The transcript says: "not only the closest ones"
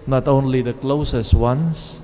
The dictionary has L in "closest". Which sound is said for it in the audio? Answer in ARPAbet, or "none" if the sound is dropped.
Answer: L